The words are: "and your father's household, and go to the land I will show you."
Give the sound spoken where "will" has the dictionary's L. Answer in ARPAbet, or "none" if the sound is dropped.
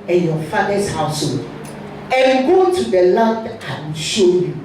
N